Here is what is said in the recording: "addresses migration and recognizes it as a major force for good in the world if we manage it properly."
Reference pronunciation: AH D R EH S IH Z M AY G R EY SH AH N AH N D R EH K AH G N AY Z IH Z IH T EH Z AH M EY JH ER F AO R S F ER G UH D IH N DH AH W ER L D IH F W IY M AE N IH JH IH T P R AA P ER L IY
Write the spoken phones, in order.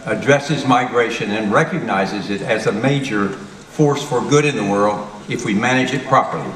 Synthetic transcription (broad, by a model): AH D R EH S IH Z M AY G R EY SH AH N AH N R EH K AH G N AY Z IH Z IH T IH Z AH M EY JH ER F AO R S F ER G UH D IH N DH AH W ER L D IH F W IY M AE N IH JH IH T P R AA P ER L IY